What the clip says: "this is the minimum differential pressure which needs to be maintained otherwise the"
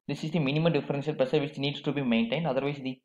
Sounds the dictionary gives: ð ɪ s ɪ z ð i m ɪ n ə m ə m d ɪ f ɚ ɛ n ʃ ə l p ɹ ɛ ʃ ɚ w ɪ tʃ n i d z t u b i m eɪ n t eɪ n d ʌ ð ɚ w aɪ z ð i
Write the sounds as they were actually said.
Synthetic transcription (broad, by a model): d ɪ s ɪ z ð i m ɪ n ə m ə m d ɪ f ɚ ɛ n s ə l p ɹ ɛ s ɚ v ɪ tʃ n i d s t u b i m eɪ n t eɪ n d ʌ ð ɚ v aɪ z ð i